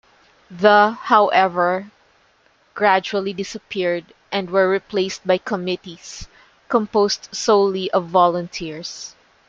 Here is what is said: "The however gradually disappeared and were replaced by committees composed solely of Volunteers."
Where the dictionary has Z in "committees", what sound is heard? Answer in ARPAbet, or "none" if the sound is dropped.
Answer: S